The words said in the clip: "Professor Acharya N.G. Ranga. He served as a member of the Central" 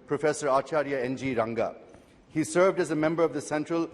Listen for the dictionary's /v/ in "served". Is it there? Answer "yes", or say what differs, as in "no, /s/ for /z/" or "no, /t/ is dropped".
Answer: yes